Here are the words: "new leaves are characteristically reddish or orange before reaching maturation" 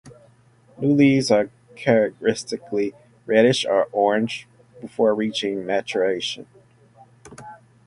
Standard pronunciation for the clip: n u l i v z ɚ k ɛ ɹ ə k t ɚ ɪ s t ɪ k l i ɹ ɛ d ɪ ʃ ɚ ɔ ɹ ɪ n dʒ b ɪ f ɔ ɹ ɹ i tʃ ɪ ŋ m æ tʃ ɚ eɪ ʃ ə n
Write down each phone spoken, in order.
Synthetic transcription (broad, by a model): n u l i z ɚ k ɛ ɹ ə k t ɚ ɪ s t ɪ k l i ɹ ɛ d ɪ ʃ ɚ ɔ ɹ ɪ n dʒ b ɪ f ɔ ɹ ɹ i tʃ ɪ ŋ m æ tʃ ɚ eɪ ʃ ə n